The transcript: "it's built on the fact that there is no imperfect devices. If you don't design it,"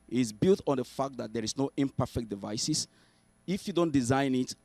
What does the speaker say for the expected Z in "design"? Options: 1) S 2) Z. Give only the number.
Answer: 2